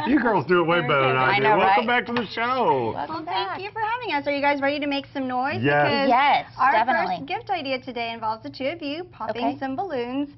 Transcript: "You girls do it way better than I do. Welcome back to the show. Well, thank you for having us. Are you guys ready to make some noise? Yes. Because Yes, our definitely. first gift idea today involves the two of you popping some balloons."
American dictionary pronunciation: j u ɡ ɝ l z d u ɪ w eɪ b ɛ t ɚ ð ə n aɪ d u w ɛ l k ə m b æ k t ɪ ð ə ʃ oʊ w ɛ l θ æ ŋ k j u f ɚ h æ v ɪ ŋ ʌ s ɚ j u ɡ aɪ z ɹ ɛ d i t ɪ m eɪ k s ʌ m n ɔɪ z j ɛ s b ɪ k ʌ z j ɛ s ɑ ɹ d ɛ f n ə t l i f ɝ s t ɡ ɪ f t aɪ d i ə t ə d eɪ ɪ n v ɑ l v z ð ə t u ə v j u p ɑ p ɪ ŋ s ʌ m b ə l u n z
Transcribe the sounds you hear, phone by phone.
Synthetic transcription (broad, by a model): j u ɡ ɝ l z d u ɪ w eɪ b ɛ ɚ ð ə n aɪ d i w ɛ l k ə m b æ k t ɪ ð ə ʃ oʊ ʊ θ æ k j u f ɚ h æ v ɪ ŋ ʌ s ɚ j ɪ ɡ aɪ z ɹ ɛ d i t ɪ m eɪ k s ʌ m n ɔɪ z j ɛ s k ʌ z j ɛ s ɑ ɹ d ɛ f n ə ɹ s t ɡ ɪ f t aɪ d i ə t ə d eɪ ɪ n v ɑ l v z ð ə t u ə v j u p ɑ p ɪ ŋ s ʌ m b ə l u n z